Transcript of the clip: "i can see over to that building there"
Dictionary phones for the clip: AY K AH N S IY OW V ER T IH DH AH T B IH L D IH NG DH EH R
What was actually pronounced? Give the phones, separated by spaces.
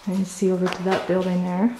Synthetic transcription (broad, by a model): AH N S IY OW V ER T IH DH AH T B IH L D IH NG DH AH R